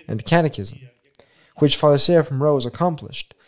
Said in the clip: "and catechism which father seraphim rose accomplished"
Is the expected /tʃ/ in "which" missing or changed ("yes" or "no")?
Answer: no